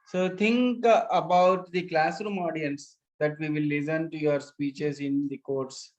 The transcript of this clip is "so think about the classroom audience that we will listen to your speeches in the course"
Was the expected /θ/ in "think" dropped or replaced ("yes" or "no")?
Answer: yes